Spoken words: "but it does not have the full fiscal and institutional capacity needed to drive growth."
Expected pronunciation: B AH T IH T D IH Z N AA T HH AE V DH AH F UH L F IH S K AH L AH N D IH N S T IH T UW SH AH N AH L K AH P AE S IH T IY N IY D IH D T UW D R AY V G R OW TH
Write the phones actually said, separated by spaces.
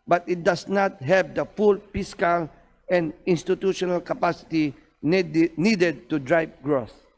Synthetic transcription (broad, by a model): B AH T IH T D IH S N AA T HH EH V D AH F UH L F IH S K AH L AH N D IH N S T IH T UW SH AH N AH L K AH P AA S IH T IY N IY D IH D T UW D R AY P G R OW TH